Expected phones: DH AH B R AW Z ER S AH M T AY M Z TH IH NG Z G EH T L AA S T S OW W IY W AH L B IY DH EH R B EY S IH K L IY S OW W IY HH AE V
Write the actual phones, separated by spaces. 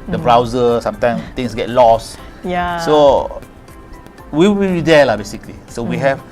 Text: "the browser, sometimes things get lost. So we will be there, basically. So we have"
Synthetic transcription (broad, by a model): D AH B R AW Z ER S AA M T AY M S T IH NG S G EH T L AA S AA S OW W IY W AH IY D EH L B EY S IH K L IY S OW W IY HH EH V